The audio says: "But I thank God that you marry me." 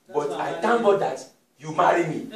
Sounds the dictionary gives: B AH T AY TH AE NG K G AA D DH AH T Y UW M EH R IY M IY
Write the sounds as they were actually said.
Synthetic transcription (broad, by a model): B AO T AY T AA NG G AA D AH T Y UW M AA R IY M IY